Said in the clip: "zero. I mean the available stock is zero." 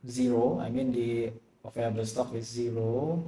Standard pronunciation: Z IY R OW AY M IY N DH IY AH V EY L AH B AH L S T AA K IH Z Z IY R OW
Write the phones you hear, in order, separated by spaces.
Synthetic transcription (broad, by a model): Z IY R OW AY M IY N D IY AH F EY AH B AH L S T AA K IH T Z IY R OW